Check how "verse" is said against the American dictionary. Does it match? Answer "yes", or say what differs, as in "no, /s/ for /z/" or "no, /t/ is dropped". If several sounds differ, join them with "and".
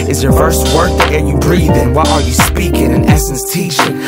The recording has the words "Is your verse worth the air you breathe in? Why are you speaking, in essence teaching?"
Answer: no, /f/ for /v/